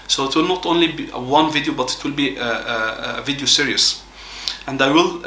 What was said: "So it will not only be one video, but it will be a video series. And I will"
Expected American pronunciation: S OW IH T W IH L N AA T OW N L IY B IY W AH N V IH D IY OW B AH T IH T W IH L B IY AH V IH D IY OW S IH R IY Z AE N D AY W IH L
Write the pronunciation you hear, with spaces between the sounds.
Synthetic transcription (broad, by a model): S OW IH T W IH L N AA T OW N L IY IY W AH N V IH D IY OW B AH T IH T W IH L B IY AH V IH D IY OW S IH R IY S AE N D AY W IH L